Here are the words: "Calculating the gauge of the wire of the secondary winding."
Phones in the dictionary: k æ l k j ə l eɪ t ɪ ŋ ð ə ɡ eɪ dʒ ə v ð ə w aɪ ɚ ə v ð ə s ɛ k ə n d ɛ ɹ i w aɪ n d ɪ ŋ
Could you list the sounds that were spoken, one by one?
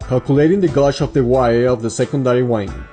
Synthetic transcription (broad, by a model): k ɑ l k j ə l eɪ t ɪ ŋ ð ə ɡ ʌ ʃ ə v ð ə w aɪ ɚ ə v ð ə s ɛ k ə n d ɛ ɹ i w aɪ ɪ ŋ